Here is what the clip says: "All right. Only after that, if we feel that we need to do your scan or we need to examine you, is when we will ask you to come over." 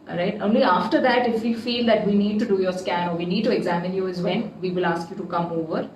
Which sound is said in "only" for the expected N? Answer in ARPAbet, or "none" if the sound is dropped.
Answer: N